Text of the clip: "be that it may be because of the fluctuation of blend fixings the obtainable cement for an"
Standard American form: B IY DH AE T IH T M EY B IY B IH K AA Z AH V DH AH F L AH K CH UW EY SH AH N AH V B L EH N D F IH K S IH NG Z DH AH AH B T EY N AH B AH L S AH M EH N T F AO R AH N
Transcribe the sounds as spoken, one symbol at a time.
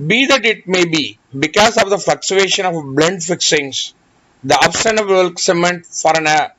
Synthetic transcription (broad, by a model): B IY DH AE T IH T M EY B IY B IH K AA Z AH V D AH F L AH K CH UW EY SH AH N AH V B L EH N D F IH K S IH NG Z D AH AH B T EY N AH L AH L S AH M EH N T F AO R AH N